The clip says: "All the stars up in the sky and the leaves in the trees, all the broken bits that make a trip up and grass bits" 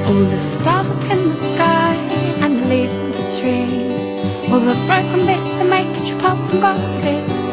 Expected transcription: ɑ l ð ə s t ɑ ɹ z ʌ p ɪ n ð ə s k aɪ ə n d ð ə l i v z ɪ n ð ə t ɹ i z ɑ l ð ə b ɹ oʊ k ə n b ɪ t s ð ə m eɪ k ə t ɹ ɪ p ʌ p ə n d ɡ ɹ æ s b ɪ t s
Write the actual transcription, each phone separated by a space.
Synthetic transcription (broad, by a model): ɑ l ð ə s t ɑ ɹ z ʌ p ɪ n ð ə s k aɪ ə n l i v z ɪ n ð ə t ɹ i z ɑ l ð ə b ɹ oʊ k ə n b ɪ t s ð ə m eɪ k ə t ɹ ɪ p ʌ p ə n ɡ ɑ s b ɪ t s